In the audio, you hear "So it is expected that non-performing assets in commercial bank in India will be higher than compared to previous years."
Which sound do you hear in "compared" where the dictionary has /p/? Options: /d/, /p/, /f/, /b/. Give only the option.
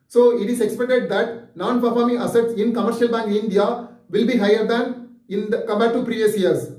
/b/